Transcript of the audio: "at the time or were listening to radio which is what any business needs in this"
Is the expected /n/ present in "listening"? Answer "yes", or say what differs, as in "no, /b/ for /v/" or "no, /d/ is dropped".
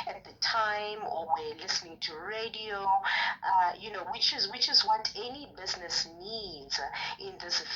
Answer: yes